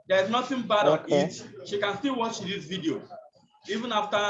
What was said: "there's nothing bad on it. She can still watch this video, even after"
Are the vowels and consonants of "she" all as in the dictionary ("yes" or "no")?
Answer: yes